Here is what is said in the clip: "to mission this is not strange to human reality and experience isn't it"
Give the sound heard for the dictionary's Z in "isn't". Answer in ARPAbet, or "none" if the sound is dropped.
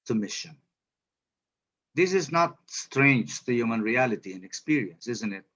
Z